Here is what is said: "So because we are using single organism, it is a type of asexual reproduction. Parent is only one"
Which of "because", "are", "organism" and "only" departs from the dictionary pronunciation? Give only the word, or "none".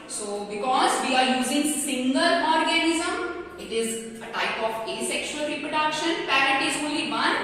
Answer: only